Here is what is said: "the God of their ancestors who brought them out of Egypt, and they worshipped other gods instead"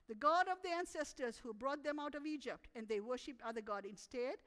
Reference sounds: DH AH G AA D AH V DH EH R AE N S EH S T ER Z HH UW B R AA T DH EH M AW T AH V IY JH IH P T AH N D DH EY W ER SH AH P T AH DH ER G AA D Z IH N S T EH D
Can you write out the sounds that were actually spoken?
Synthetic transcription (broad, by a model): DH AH G AA D AH V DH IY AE N S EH S T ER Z HH UW B R AA T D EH M AW T AH V IY JH IH P T AH N D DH EY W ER SH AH P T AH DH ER G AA D IH N S T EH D